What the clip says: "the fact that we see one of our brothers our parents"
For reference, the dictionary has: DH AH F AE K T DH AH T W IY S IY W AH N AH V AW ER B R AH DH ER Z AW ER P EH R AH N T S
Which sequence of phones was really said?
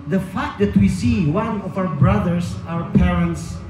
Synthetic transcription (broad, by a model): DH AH F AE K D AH T W IY S IY W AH N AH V AW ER B R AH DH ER S AW ER P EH R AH N T S